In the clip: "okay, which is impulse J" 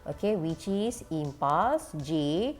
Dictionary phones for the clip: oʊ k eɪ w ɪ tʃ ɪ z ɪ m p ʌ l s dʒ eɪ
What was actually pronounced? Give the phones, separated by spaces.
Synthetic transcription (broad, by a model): oʊ k eɪ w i tʃ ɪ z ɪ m p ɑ s dʒ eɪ